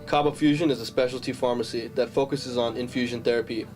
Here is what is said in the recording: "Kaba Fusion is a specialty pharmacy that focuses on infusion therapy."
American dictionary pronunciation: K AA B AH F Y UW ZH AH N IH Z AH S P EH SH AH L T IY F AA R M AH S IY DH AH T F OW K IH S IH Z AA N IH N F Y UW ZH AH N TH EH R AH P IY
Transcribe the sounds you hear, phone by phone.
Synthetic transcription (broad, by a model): K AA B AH F Y UW ZH AH N IH Z AH S P EH SH L T IY F AA R M AH S IY DH AH T F OW K IH S IH Z N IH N F Y UW ZH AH N TH EH R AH P IY